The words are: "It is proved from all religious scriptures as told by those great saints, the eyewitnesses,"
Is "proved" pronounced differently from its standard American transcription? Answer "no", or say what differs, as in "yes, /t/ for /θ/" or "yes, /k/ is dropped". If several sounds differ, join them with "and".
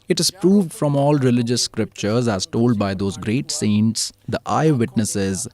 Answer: no